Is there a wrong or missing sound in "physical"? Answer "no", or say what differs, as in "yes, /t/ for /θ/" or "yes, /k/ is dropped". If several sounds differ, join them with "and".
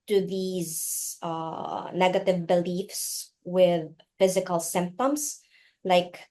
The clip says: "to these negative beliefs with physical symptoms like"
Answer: no